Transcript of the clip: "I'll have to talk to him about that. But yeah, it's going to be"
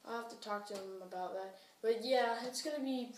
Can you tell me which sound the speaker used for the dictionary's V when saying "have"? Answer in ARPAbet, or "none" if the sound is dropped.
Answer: F